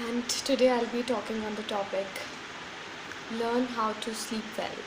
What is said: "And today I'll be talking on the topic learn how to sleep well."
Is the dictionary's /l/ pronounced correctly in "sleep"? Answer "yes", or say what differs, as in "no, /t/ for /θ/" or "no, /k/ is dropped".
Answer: no, /l/ is dropped